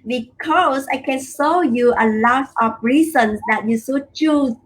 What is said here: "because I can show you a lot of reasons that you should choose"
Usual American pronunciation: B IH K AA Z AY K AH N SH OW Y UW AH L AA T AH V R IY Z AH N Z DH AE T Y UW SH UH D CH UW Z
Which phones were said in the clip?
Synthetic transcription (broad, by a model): B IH K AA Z AY K AH N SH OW Y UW AH L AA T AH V R IY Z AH N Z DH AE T Y UW S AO CH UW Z